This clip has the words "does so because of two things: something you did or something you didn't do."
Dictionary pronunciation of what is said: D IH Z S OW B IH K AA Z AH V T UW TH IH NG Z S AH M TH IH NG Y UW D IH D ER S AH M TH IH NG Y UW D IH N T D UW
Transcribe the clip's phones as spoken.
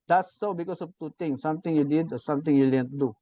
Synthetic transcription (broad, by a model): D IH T S OW B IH K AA S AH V T UW T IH NG S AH M T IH NG Y UW D IH D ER S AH M T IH NG Y UW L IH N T D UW